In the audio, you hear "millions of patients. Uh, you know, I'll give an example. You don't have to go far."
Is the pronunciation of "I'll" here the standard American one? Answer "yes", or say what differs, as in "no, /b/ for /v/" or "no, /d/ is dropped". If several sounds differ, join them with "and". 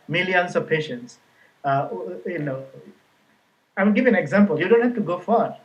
no, /w/ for /l/